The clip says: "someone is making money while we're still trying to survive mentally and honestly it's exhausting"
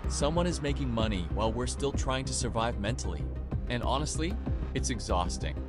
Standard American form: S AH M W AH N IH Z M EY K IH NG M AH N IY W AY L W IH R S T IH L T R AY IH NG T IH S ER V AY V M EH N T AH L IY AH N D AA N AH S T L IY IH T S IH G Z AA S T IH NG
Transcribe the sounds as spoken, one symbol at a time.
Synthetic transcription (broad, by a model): S AH M W AH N IH Z M EY K IH NG M AH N IY W AY L W IH R S T IH L T R AY IH NG T IH S ER V AY V M EH N T L IY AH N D AA N AH S T L IY IH T S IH G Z AA S T IH NG